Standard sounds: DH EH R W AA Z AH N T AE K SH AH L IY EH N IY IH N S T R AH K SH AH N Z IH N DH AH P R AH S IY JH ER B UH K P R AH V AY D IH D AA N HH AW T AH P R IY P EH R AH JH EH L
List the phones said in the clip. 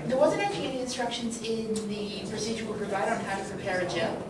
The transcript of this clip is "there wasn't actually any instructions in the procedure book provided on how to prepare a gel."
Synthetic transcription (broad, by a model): DH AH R W AA Z AH N T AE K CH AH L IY EH N IY IH N S T R AH K SH AH N Z IH N DH AH P R AH S IY JH ER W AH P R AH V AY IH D N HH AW T AH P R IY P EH R AH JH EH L